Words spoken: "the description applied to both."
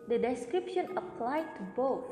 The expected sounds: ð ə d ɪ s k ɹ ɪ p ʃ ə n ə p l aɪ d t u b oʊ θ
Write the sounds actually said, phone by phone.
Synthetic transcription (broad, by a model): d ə d ɪ s k ɹ ɪ p ʃ ə n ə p l aɪ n t u b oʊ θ